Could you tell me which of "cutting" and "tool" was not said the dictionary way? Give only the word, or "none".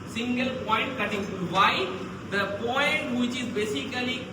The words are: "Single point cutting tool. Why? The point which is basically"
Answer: tool